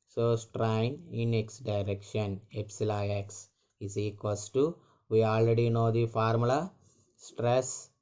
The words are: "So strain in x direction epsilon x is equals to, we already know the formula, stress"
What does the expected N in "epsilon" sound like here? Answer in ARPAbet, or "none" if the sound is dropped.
none